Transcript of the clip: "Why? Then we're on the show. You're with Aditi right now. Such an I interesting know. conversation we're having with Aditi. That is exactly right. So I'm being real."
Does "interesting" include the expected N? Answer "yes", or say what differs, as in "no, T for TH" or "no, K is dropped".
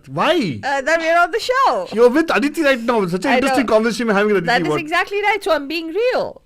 no, N is dropped